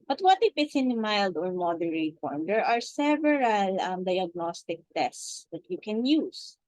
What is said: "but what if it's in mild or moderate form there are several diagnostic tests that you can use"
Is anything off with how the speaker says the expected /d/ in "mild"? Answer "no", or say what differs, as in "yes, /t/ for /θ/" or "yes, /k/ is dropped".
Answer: no